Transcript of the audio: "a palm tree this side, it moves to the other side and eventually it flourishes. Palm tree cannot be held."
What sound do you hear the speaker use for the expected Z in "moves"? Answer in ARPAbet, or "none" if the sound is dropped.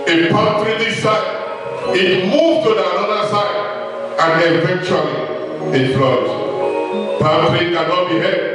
none